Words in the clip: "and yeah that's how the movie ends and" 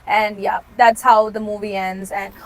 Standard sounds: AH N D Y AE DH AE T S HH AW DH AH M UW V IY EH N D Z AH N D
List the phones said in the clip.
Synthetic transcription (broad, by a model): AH N Y AE DH AE T S HH AW DH AH M UW V IY EH N D Z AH N